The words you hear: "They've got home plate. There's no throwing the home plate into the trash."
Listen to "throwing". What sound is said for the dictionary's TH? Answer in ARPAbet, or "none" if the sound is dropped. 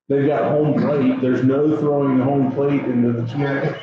TH